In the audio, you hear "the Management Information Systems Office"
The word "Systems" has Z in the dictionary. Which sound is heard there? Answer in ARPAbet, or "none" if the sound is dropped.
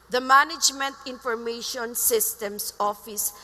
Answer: S